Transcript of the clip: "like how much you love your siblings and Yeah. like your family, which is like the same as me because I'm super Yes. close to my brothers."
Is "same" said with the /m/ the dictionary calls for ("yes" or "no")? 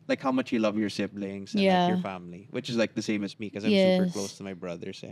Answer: yes